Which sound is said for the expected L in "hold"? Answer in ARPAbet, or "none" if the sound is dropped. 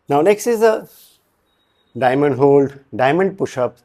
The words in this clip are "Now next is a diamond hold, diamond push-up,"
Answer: L